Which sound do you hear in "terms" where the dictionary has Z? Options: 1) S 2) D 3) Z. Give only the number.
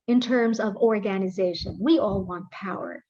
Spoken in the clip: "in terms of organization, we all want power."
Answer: 3